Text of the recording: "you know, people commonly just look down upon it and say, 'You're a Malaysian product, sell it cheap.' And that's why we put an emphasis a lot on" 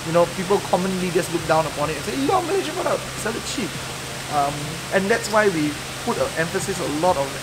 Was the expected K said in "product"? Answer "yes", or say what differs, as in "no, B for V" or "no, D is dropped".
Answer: no, K is dropped